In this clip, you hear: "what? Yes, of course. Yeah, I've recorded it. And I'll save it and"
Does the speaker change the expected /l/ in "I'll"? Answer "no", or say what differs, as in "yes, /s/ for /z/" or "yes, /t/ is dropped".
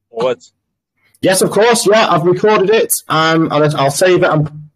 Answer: no